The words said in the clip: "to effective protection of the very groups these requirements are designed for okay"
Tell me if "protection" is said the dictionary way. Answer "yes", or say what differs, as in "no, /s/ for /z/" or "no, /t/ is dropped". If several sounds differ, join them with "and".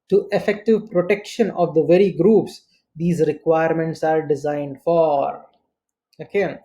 yes